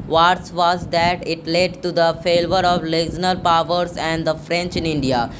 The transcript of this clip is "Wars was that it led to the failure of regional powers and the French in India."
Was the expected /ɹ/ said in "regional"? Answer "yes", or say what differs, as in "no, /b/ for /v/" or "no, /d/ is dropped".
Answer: no, /l/ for /ɹ/